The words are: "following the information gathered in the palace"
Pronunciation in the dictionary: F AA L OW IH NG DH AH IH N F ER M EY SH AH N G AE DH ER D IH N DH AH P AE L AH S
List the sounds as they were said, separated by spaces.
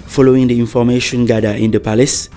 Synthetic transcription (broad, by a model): F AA L OW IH NG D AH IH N F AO M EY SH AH N G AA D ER IH N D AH P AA L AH S